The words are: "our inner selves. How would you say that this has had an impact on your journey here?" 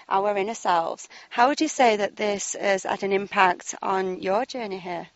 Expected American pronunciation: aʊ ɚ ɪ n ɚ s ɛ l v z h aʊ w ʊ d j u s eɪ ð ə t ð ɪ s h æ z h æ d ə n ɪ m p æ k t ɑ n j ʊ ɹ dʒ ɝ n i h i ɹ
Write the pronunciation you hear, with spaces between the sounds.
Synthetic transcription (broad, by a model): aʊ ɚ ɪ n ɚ s ɛ l v z h aʊ w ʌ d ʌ s eɪ ð ə t ð ɪ s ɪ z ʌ d ə n ɪ m p æ k t n j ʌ dʒ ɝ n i h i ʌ